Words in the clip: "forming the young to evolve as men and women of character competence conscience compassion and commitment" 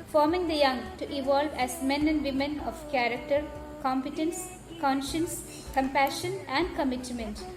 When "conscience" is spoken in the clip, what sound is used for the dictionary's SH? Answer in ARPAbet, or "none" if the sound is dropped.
SH